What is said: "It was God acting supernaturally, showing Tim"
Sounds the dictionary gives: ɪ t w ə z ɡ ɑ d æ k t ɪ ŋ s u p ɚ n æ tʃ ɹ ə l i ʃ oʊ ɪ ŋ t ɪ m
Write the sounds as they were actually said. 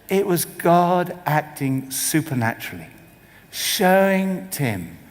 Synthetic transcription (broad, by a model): ɪ t w ə z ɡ ɑ d æ k t ɪ ŋ s u p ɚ n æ tʃ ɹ l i ʃ oʊ ɪ ŋ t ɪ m